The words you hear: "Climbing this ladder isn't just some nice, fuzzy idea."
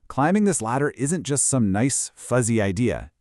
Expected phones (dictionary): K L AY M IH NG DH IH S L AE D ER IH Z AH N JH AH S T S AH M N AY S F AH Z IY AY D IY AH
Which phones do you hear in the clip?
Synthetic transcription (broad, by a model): K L AY M IH NG DH IH S L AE D ER IH Z AH N JH AH S T S AH M N AY S F AH Z IY AY D IY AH